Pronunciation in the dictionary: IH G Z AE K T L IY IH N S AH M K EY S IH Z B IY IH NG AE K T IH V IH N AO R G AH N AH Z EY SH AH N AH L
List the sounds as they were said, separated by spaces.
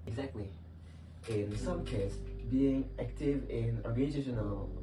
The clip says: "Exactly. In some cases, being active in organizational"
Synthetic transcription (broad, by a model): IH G Z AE K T L IY IH N S AH M K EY IH S B IY IH NG AE K T IH V IH N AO R G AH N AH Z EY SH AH N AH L